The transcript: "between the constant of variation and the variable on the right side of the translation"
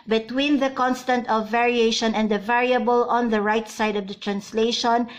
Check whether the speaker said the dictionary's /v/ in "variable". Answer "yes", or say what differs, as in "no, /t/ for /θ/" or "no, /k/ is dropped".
yes